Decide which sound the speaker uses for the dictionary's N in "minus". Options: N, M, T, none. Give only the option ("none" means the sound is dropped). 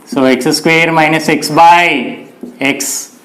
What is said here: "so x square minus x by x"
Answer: N